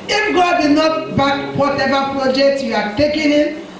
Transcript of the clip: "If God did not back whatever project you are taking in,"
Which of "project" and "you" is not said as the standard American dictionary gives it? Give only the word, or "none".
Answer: none